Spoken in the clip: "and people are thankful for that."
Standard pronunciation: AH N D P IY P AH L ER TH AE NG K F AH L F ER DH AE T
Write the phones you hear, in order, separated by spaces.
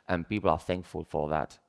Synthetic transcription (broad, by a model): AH N P IY P AH L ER TH AE NG K F AH L F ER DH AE T